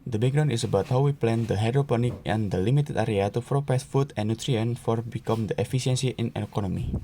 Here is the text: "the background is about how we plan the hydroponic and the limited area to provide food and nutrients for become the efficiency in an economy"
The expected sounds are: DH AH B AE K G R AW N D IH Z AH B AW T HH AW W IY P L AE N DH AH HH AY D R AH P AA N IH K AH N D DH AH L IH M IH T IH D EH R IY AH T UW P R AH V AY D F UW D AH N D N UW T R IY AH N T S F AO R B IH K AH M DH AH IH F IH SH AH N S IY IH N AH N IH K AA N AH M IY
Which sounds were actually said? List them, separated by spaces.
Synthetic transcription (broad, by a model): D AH B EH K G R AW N IH S AH B AW T HH AW W IY P L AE N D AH HH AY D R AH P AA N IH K AH N D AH L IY M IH T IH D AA R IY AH T UW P R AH P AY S F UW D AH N N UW T R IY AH N F AO R B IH K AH M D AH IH F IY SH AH N S IY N AH N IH K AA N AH M IY